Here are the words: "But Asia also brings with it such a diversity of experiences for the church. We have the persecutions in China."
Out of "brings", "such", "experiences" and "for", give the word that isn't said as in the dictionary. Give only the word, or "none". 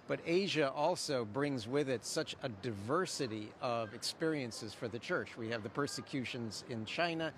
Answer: none